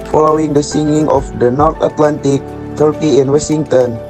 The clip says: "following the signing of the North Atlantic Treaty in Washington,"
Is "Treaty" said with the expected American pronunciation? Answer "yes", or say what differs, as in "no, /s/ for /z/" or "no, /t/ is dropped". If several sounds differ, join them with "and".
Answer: no, /ɹ/ is dropped